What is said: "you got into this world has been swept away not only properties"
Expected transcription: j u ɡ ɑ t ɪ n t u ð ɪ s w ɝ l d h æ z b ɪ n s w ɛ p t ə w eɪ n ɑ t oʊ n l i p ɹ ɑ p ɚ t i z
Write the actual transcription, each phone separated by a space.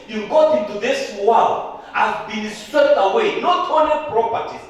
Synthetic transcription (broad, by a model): j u ɡ ɑ t ɪ n t u ð ɪ s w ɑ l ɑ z b ɪ n s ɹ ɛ t ə w eɪ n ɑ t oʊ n i p ɹ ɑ p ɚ t i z